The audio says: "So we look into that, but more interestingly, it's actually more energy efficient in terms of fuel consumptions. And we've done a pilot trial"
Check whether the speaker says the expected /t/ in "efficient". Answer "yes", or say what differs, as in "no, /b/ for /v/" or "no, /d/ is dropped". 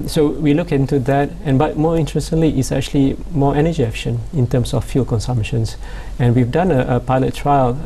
no, /t/ is dropped